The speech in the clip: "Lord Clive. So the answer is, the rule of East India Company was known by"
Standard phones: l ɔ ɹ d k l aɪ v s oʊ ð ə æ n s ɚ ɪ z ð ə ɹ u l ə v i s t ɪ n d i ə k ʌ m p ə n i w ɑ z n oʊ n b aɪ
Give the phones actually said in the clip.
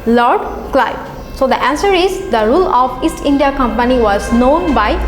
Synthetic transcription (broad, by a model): l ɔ ɹ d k l aɪ b s oʊ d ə æ n s ɚ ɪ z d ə ɹ u l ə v i s t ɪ n d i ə k ʌ m p ə n i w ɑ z n oʊ n b aɪ